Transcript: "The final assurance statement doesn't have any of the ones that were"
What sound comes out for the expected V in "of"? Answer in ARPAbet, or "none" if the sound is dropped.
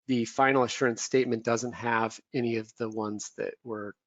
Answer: V